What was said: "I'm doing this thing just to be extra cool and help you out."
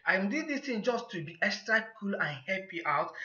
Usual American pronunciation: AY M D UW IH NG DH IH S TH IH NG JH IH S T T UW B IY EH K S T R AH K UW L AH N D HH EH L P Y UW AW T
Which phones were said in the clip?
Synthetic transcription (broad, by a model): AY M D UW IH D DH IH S T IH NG JH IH S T T UW B IY EH K S T R AH K UW L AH N HH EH P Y AW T